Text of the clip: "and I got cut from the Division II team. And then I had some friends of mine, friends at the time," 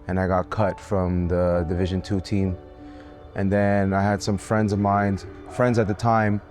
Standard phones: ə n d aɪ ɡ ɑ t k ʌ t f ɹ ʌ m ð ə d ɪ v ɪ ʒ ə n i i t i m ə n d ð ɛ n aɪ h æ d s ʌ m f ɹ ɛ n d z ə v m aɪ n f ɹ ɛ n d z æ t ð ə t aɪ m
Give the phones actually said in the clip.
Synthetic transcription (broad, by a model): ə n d aɪ ɡ ɑ t k ʌ t f ɹ ʌ m ð ə d ɪ v ɪ ʒ ə n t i t i m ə n ð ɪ n aɪ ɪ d s ʌ m f ɹ ɛ n d z ə v m aɪ n f ɹ ɛ n d z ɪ t ð ə t aɪ m